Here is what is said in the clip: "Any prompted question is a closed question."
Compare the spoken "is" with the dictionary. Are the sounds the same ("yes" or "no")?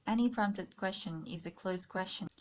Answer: yes